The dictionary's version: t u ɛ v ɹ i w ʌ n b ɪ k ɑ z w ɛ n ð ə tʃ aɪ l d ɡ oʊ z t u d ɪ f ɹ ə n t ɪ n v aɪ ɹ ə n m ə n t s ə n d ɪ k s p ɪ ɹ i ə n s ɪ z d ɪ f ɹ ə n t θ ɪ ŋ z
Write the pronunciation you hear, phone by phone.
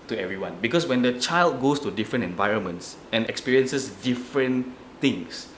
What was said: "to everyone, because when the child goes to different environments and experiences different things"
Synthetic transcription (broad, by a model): t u ɛ v ɹ i w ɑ n b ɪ k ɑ s w ɛ n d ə tʃ aɪ l d ɡ oʊ s t u d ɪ f ɹ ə n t ɪ n v aɪ ɹ ə n m ə n t s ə n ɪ k s p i ɹ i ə n s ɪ s d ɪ f ɹ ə n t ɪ ŋ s